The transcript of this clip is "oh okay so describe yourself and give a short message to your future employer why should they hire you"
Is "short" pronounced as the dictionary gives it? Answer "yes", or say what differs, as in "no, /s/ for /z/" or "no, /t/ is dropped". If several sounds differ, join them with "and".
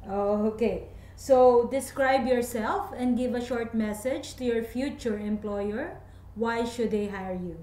yes